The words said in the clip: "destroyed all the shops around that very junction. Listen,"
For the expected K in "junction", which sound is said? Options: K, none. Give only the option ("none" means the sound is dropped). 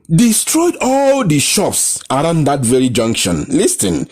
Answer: K